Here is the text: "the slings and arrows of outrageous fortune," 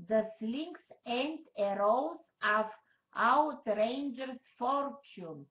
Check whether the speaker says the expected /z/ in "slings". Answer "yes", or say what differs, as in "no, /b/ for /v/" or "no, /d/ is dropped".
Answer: no, /s/ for /z/